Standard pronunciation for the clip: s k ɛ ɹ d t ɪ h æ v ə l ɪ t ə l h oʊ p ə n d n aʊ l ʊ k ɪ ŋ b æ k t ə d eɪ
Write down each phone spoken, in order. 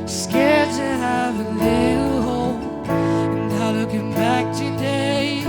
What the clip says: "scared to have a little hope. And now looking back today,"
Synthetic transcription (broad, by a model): s k ɛ ɹ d t ɪ h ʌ v ə l ɪ t l h oʊ ə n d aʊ l ʊ k ɪ ŋ b æ k t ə d eɪ